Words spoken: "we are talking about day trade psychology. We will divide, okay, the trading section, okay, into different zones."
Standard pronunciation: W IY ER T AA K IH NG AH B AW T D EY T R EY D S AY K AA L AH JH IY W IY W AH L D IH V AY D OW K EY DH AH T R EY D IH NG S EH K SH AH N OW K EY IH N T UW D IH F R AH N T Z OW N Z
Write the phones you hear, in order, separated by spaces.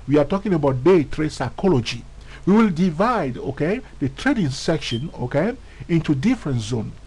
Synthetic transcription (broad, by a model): W IY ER T AA K IH NG AH B AW T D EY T R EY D S AY K AA L AH JH IY W IY W AH L D IH V AY D OW K EY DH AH T R EY D IH NG S EH K SH AH N OW K EY IH N T UW D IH F R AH N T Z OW N